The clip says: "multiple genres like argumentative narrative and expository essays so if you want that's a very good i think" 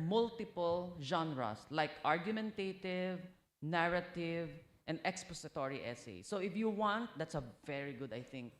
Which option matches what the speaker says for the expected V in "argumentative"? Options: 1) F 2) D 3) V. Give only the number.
3